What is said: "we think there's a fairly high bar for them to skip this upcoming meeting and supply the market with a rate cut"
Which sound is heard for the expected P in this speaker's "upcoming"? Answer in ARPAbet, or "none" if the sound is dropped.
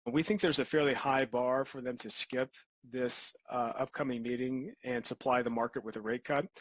P